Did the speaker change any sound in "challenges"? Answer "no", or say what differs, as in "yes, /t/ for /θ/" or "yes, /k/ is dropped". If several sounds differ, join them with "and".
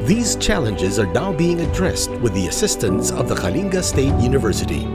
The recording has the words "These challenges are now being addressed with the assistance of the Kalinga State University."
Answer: no